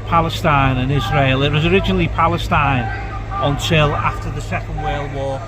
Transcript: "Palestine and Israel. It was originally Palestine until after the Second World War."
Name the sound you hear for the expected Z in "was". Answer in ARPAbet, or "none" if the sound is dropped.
Z